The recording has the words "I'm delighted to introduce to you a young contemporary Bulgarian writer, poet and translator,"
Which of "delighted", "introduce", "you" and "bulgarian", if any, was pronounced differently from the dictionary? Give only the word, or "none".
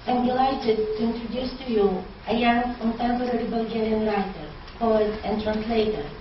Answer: none